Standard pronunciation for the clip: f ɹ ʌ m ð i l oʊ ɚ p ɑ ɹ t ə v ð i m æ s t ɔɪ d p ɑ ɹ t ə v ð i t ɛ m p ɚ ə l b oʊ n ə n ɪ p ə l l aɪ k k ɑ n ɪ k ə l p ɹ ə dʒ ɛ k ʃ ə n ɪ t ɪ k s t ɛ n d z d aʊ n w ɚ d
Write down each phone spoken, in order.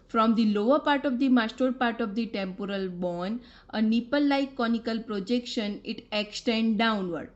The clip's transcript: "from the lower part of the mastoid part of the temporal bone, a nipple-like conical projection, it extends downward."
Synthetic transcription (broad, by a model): f ɹ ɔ m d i l oʊ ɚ p ɑ ɹ t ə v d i m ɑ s t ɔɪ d p ɑ ɹ t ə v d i t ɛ m p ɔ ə l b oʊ n ə n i p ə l l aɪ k k ɑ n ɪ k ə l p ɹ ə dʒ ɛ k ʃ ə n ɪ t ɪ k s t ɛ n d d aʊ n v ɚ d